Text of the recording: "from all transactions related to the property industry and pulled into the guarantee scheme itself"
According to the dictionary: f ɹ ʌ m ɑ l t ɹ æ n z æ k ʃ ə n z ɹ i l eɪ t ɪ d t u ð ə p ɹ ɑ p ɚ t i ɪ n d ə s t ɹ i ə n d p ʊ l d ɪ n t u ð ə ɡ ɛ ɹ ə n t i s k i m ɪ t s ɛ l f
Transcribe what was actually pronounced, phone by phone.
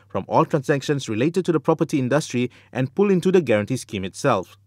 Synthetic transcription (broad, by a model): f ɹ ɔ m ɑ l t ɹ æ n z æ k ʃ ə n s ɹ i l eɪ t ɪ d t u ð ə p ɹ ɑ p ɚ t i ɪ n d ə s t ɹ i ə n p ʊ l ɪ n t u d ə ɡ ɛ ɹ ə n t i s k i m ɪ t s ɛ l f